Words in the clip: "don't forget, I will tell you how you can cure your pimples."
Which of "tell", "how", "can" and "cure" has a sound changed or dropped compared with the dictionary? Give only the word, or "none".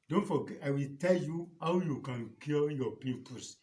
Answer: cure